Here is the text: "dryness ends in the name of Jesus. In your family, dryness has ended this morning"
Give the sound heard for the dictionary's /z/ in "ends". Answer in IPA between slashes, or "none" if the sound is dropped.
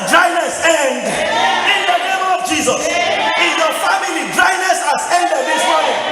none